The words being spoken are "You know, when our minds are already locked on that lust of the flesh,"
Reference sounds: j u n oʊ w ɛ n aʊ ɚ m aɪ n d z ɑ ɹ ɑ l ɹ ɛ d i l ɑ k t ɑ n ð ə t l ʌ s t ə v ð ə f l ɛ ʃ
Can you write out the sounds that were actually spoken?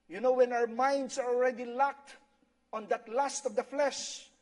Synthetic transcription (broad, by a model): j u n oʊ w ɛ n aʊ ɚ m aɪ n d s ɑ ɹ ɑ l ɹ ɛ d i l ɑ k t ɑ n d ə t l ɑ s t ə v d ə f l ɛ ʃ